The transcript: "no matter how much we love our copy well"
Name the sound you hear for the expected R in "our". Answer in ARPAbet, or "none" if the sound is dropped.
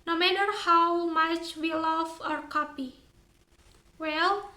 R